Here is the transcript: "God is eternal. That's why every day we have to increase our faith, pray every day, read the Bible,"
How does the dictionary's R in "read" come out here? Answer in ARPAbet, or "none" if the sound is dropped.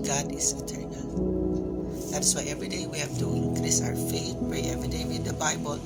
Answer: W